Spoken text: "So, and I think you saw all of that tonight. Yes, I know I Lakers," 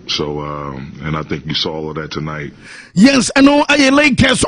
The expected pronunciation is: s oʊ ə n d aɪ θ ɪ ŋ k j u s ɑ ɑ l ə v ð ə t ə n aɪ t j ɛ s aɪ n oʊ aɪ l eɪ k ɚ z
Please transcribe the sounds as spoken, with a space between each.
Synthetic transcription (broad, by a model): s oʊ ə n aɪ θ ɪ ŋ k j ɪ s ɑ ɑ l ə v ð ə t ə n aɪ t j ɛ s aɪ n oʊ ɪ l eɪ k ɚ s